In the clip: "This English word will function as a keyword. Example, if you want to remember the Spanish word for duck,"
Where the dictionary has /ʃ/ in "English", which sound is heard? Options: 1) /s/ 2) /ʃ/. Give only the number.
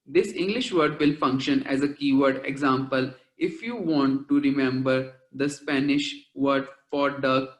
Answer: 2